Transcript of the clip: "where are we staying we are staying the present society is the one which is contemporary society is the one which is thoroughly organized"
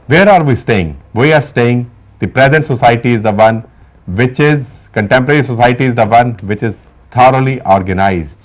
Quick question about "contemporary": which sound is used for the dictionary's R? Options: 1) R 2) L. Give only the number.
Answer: 1